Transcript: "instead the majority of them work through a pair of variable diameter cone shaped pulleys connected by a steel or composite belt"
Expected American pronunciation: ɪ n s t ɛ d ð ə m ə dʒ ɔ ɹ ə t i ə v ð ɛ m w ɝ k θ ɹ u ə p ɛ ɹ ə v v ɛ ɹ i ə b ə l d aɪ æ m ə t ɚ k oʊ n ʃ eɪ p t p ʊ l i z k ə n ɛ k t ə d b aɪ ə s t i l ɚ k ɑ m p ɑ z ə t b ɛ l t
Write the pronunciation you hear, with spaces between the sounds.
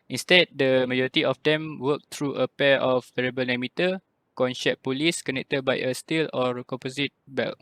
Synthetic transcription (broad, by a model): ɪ n s t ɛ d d ə m ə dʒ ɔ ɹ ə t i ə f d ɛ m w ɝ k t ɹ u ə p ɛ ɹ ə f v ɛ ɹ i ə b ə l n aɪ m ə t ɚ k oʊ n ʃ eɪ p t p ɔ l i s k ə n ɛ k t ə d b aɪ ə s t i l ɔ k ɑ m p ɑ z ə t b ɛ l